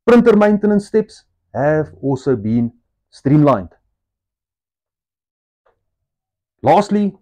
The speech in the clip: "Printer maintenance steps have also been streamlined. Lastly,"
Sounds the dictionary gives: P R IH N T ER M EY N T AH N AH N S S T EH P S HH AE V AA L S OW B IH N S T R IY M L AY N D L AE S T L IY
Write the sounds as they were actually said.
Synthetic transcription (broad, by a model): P R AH N T ER M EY N T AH N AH N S S T EH P S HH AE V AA S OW B IH N S T R IY M L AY N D L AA S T L IY